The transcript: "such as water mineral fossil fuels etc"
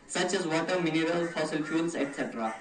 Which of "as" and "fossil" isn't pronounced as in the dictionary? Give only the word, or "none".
none